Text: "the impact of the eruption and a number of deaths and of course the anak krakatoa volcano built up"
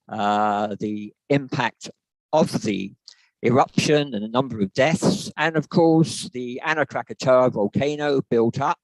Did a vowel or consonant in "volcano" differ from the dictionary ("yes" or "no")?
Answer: no